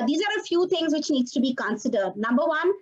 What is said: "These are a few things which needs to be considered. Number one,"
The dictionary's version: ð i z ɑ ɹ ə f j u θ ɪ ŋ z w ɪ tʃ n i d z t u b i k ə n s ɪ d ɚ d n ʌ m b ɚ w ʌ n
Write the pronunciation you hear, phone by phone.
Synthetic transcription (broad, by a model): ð i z ɑ ɹ ə f j u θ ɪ ŋ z w ɪ tʃ n i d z t u b i k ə n s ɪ d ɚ d n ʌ m b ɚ w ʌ n